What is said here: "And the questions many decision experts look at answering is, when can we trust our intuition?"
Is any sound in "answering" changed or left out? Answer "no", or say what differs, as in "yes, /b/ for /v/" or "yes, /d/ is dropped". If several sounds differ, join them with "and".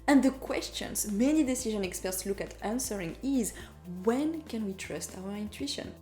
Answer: no